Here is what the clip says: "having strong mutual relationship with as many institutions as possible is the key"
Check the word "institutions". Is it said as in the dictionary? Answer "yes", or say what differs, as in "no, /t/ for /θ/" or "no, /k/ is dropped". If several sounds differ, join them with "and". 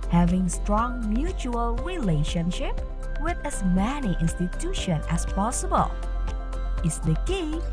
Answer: no, /z/ is dropped